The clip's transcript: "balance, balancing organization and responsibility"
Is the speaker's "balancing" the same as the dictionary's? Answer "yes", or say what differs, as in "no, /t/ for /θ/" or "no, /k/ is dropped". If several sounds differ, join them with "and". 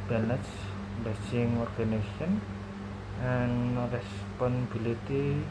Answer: no, /n/ is dropped